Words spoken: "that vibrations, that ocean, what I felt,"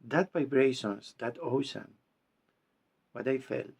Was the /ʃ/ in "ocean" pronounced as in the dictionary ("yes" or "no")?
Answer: no